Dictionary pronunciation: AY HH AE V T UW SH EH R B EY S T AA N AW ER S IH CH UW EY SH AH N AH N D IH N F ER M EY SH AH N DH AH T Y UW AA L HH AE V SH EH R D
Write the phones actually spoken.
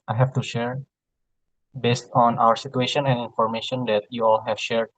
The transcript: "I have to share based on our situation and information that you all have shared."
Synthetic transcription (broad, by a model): AY HH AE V T UW SH EH R B EY S T AA N AW ER S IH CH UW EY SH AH N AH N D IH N F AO M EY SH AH N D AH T Y UW AA L HH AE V SH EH R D